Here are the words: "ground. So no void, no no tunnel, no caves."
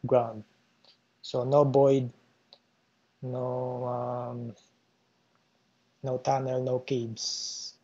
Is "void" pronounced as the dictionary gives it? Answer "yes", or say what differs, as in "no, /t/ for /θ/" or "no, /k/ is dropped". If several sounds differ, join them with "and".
no, /b/ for /v/